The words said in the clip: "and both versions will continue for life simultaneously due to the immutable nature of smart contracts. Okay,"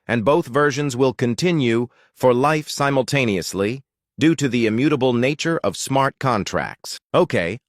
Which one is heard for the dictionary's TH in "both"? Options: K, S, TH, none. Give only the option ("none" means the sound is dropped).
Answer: TH